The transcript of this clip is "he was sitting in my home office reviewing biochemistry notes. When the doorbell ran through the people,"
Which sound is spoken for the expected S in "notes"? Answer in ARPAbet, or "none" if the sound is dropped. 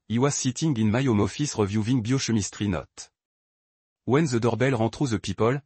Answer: none